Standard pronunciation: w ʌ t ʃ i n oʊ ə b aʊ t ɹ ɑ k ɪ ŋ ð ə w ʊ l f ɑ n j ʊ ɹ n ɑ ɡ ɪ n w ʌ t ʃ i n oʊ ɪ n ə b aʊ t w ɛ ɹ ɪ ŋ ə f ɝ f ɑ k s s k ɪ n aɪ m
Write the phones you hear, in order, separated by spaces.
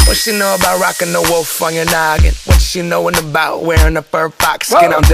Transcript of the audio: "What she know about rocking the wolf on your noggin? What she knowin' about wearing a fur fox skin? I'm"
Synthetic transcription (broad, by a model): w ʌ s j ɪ n oʊ ə b aʊ t ɹ ɑ k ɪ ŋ ð ə w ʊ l f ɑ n j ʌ ɹ n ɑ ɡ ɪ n w ʌ t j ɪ n oʊ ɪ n ə b aʊ t w ɛ ɹ ɪ ŋ ə p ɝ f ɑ k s s k ɪ n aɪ